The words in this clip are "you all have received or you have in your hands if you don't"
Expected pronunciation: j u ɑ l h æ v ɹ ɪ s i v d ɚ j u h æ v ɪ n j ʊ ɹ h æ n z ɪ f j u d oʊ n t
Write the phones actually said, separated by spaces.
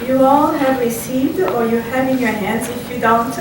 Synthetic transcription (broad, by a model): j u ɑ l h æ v ɹ ɪ s i v d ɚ j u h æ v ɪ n j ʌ ɹ h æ n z ɪ f j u d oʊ n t